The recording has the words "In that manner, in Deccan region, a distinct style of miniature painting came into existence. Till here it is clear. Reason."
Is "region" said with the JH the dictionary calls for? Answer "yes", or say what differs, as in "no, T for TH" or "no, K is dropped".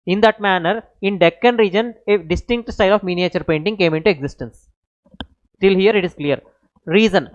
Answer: yes